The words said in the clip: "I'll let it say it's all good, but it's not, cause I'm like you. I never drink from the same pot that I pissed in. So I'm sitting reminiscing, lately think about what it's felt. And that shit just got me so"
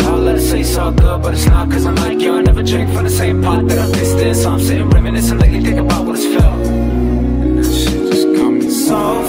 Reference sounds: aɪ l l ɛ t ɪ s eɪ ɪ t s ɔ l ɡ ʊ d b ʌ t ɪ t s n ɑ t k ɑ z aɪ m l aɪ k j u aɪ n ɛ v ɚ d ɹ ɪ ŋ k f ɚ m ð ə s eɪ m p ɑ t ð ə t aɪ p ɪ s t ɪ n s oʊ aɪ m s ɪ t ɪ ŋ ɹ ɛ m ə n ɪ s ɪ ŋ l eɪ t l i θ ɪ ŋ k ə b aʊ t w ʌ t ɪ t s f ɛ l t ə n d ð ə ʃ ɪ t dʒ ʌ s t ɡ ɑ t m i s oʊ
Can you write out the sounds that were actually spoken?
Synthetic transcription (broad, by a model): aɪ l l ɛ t ɪ s eɪ ɪ s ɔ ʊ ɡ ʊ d b ʌ t ɪ t s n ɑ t k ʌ z aɪ m l aɪ k j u aɪ n ɛ v ɚ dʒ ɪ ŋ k f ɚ ð ə s eɪ m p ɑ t ð ə t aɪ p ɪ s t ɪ s oʊ aɪ m s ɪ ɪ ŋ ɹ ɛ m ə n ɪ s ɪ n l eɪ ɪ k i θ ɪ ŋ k ə b aʊ t w ʌ t ɪ t s f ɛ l ə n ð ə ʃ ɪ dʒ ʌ s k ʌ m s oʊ